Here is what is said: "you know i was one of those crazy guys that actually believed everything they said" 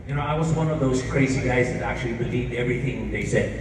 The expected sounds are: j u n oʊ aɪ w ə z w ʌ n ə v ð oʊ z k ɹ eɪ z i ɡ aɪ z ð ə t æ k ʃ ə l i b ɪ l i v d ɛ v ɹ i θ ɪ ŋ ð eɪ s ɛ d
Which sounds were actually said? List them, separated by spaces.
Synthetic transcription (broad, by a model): j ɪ n oʊ aɪ w ə z w ʌ n ə v ð oʊ z k ɹ eɪ z i ɡ aɪ z ð ə t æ k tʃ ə l i b ɪ l i v d ɛ v ɹ i θ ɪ ŋ ð eɪ s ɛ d